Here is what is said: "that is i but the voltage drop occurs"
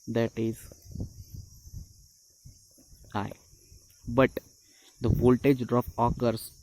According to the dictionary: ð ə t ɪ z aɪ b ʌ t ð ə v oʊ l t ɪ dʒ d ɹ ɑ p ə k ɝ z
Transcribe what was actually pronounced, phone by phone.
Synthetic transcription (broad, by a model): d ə t ɪ z aɪ b ʌ t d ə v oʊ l t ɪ dʒ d ɑ f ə k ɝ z